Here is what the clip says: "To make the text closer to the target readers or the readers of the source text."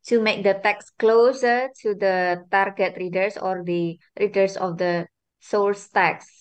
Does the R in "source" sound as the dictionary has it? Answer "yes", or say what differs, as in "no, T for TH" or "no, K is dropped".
no, L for R